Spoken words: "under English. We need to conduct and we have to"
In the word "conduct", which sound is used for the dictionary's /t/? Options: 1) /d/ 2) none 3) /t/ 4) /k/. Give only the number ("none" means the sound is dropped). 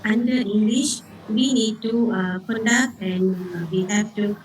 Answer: 2